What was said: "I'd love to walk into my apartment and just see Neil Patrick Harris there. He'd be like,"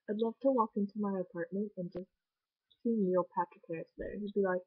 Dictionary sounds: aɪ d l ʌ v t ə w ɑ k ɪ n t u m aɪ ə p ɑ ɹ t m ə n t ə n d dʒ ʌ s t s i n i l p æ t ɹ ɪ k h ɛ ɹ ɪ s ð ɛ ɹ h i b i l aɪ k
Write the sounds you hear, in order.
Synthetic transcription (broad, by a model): aɪ d l ʌ v t ə w ɑ k ɪ n t u m aɪ ə p ɑ ɹ t m ə n t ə n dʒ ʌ s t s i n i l p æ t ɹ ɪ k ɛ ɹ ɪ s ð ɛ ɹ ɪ b i l aɪ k